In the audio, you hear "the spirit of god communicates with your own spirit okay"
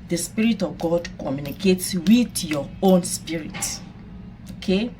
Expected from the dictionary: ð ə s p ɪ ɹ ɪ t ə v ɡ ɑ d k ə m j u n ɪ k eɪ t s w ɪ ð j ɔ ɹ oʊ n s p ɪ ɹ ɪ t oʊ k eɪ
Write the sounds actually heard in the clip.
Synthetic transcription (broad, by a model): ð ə s p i ɹ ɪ t ə v ɡ ɑ d k ə m j u n ɪ k eɪ t s w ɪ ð j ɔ oʊ n s p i ɹ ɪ t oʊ k eɪ